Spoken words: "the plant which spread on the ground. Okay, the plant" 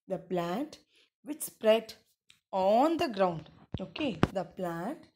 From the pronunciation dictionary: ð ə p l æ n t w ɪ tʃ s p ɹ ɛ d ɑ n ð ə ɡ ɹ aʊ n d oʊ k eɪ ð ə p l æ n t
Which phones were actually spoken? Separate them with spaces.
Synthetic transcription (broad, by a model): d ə p l æ n t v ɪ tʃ s p ɹ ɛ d ɑ n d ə ɡ ɹ aʊ n d oʊ k eɪ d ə p l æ n t